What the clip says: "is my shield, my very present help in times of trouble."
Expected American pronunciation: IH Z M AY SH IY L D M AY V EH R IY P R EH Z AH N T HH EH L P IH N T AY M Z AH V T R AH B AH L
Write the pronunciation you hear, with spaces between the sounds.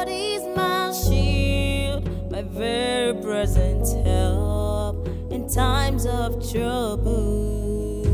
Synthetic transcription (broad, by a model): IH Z M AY SH IY L D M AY V EH R IY P R EH Z AH N T HH EH L P IH N T AY M Z AH V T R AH B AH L